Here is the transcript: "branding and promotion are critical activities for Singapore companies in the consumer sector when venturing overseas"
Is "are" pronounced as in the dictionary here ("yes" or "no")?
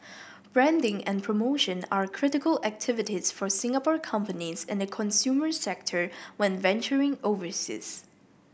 yes